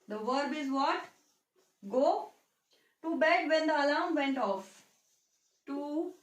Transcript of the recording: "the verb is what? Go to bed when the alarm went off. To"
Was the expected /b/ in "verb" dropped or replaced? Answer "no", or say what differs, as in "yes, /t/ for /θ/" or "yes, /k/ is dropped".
no